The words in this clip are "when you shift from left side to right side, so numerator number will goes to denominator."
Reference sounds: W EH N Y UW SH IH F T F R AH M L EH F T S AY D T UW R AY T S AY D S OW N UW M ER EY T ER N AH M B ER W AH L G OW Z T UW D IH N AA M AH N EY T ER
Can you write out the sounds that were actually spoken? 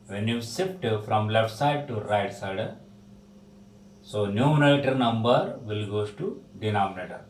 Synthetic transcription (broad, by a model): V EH N Y UW S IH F T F R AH M L EH F T S AY D T UW R AY T S AY D S OW N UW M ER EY T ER N AH M B ER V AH L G OW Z T UW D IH N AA M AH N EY T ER